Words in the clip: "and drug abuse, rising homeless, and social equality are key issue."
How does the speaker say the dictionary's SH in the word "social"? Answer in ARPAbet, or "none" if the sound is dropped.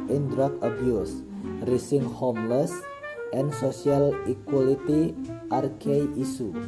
S